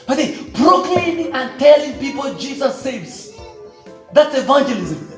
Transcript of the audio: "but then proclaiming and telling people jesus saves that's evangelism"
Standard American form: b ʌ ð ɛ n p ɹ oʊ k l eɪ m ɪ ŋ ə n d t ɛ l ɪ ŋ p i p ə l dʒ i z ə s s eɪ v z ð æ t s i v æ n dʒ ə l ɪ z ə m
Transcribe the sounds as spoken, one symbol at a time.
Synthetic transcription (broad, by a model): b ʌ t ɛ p ɹ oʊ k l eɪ ɪ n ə n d t ɛ l ɪ ŋ p i p ə l dʒ i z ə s s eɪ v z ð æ t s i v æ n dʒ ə l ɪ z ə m